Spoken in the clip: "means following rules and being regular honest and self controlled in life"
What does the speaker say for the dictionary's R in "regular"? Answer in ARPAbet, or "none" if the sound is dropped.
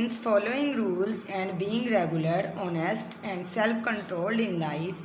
R